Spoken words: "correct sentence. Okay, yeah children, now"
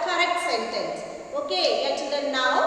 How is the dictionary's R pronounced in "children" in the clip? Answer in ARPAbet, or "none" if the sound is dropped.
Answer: none